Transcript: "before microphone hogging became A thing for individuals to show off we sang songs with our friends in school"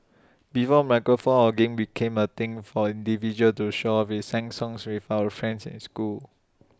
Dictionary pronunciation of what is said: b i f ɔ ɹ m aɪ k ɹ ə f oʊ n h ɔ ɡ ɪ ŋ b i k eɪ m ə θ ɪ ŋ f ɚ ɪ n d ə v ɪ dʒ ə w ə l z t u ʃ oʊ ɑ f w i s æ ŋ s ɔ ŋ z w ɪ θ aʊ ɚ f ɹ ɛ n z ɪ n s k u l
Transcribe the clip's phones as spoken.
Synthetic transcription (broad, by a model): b i f ɔ m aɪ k ə f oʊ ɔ ɡ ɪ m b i k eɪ m ə t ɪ ŋ f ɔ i n d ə v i dʒ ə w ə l t u ʃ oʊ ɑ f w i s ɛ ŋ s ɔ ŋ s w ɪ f aʊ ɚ f ɹ ɛ n s ɪ n s k u l